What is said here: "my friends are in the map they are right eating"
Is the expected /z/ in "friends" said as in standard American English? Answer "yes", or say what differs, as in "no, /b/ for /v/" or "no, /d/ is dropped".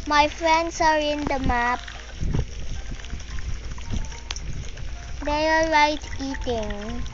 no, /s/ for /z/